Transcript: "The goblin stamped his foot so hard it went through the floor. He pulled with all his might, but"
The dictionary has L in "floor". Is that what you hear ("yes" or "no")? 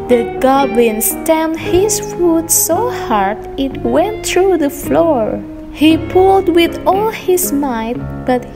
yes